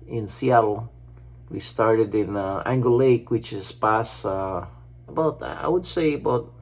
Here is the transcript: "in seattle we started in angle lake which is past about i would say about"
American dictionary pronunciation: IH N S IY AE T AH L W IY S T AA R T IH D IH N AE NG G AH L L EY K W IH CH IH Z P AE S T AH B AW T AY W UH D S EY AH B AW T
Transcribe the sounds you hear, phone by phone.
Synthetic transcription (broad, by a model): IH N S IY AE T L W IY S T AA R T IH D IH N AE NG G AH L L EY K W IH CH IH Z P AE S AH B AW T AY W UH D S EY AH B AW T